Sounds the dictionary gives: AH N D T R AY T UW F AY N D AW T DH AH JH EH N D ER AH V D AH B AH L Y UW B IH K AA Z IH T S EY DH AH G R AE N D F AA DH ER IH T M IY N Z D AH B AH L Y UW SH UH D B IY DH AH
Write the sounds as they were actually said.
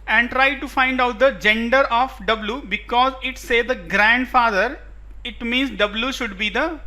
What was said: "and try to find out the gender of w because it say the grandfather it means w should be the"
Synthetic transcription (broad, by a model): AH N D T R AY T UW F AY N D AW T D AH JH EH N D ER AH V D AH B L Y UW B IH K AA Z IH T S EY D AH G R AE N D F AA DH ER IH T M IY N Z D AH B L Y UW SH UH D B IY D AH